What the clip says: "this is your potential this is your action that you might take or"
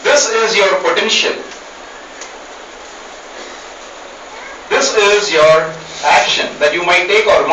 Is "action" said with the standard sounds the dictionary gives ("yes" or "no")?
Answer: yes